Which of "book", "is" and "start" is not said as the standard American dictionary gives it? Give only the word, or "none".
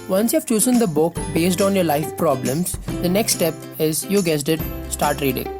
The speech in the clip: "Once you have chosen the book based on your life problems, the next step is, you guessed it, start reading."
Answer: none